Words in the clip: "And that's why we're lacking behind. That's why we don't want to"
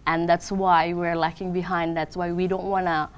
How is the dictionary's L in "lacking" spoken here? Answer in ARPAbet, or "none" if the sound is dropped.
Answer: L